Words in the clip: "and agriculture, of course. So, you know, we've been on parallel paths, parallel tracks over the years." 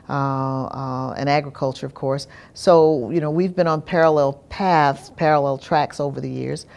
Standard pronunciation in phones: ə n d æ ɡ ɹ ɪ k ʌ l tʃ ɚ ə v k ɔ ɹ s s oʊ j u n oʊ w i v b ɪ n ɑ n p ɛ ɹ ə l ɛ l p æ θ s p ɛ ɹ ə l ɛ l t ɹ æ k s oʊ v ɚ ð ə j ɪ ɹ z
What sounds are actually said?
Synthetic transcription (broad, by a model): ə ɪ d æ ɡ ɹ ɪ k ʌ l tʃ ɚ ə v k ɔ ɹ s s oʊ j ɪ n oʊ w i v b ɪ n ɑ n p ɛ ɹ ə l ɛ l p æ θ s p ɛ ɹ ə l ɛ l t ɹ æ k s oʊ v ɚ ð ə j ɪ ɹ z